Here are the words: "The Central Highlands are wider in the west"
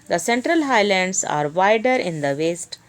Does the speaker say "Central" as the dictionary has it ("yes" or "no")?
yes